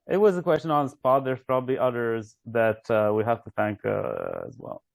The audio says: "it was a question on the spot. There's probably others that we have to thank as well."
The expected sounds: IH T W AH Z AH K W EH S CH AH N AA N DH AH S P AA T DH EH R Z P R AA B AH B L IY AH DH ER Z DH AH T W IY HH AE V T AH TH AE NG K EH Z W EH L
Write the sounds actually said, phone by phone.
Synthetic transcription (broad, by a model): IH T W AH Z AH K W EH S CH AH N AA N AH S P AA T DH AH R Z P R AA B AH B L IY AH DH ER Z DH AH T W IY HH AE F T AH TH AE NG K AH Z W EH L